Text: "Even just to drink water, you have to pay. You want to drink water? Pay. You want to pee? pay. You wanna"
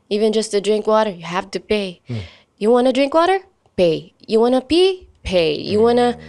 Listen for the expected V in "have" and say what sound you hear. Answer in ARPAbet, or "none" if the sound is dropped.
F